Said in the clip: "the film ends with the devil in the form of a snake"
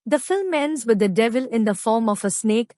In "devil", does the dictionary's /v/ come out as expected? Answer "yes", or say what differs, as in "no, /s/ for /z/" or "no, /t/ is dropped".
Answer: yes